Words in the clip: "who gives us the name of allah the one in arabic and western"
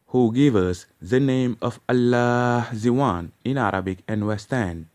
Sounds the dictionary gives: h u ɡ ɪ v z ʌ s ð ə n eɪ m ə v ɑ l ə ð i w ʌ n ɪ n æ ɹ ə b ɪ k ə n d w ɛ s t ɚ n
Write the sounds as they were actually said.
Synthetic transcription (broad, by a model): h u ɡ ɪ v ʌ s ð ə n eɪ m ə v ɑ l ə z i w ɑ n ɪ n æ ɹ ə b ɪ k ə n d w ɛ s t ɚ n